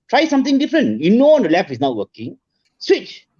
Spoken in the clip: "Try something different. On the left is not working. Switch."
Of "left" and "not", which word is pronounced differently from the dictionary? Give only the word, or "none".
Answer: left